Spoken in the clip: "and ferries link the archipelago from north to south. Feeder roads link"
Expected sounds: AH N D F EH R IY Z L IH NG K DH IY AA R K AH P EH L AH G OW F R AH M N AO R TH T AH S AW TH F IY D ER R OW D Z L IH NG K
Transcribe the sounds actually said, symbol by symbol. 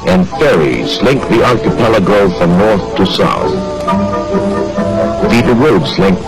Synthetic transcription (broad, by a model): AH N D F EH R IY Z L IH NG K DH IY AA L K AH P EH L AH G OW F R AH M N AO R TH T AH S AW TH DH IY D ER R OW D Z L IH NG K